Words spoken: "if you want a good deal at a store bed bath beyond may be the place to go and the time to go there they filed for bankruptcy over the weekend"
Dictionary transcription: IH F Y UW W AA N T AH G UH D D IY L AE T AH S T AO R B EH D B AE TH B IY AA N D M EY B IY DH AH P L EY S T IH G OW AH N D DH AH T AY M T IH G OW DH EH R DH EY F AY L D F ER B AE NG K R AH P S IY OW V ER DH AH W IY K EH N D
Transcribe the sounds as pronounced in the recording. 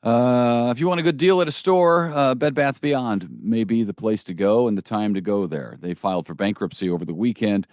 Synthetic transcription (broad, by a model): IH F Y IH W AA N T AH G UH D D IY L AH T AH S T AO R B EH D B AE TH B IY AA N D M EY B IY DH AH P L EY S T IH G OW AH N DH AH T AY M T IH G OW DH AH R DH EY F AY L D F ER B AE NG K R AH P S IY OW V ER DH AH W IY K EH N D